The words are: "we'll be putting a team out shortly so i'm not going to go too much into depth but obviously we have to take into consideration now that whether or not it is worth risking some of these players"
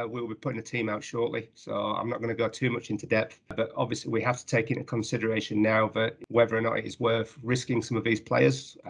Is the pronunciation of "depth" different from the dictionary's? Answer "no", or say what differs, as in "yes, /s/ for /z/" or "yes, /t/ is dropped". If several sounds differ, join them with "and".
no